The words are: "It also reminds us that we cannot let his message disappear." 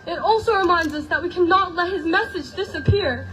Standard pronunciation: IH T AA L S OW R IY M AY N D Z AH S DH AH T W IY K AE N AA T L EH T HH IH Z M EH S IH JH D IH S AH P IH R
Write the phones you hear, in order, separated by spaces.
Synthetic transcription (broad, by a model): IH T AA L S OW R IY M AY N D Z AH S DH AH T W IY K AE N AA T L EH T HH IH Z M EH S IH JH D IH S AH P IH R